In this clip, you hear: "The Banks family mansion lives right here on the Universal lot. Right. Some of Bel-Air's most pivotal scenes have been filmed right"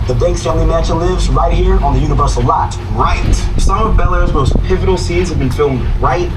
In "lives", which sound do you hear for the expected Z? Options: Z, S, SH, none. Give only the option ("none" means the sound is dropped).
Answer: Z